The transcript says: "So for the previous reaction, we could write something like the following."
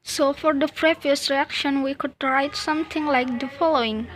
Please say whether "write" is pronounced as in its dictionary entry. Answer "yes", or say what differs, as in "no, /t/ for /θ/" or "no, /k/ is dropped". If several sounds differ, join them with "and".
yes